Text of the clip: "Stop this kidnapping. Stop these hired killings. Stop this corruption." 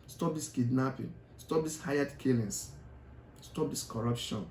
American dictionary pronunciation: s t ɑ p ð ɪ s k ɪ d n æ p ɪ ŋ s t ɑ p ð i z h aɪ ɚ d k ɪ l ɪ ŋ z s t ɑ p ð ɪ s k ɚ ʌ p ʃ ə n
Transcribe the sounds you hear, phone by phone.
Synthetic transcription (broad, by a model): s t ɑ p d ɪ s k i d n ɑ p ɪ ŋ s t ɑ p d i s h aɪ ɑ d k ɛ l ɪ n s s t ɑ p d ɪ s k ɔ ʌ p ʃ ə n